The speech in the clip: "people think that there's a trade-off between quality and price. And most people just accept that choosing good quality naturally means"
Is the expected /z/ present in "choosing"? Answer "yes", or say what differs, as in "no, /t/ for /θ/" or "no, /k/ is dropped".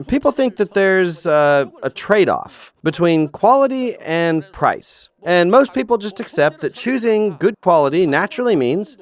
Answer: yes